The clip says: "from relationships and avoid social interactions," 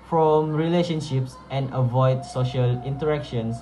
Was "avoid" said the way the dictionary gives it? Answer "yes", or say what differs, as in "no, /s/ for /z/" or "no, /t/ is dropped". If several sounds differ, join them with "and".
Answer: yes